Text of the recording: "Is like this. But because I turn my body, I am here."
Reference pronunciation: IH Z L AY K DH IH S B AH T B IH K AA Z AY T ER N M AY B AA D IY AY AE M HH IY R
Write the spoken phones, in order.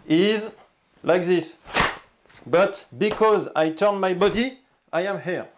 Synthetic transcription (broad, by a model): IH Z L AY K DH IH S B AH T B IH K AA Z AY T ER N M AY B AA D IY AY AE M HH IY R